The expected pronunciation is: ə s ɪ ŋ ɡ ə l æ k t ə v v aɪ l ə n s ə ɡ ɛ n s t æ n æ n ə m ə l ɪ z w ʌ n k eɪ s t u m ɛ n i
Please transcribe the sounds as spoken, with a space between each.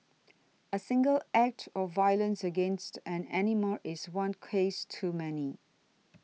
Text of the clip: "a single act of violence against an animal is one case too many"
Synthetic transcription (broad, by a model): ə s ɪ ŋ ɡ ə l æ k t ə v v aɪ l ə n s ə ɡ ɛ n s t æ n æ n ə m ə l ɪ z w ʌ n k eɪ s t u m ɛ n i